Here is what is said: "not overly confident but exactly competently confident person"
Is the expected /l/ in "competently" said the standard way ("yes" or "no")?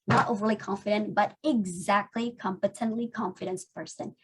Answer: yes